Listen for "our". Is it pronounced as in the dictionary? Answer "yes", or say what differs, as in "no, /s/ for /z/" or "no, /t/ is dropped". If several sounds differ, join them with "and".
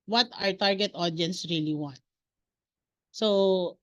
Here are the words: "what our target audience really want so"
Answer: yes